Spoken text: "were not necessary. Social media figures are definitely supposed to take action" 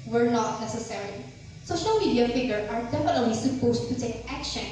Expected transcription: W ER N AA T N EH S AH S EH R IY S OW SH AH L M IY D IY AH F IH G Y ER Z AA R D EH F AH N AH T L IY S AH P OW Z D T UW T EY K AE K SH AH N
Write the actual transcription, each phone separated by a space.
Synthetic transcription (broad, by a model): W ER N AA T N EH S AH S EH R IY S OW SH AH L M IY D IY AH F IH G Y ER AA R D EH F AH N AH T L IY S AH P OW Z T UW T EY K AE K SH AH N